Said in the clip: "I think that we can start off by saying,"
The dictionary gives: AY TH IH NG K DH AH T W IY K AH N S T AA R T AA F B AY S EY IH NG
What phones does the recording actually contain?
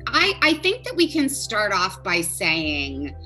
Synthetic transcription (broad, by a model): AY TH IH NG K DH AH T W IY K AH N S T AA R T AA F B AY S EY IH NG